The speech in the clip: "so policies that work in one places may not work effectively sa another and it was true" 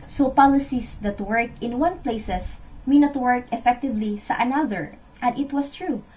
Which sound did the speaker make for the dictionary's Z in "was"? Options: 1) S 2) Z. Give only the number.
1